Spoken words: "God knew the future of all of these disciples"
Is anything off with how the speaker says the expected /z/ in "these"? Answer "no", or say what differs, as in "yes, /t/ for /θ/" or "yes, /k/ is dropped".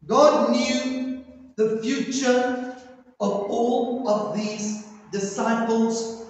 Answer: no